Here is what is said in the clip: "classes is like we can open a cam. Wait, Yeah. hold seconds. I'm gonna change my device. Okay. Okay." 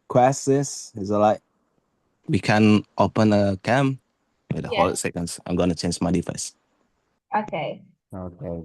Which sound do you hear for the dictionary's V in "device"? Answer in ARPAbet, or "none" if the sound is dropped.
F